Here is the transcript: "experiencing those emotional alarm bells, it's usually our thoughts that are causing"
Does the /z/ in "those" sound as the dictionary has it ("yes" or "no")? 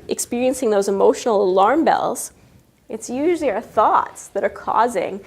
yes